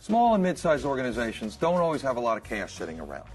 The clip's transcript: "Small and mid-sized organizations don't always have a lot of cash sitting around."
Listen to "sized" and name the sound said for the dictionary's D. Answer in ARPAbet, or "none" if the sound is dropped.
none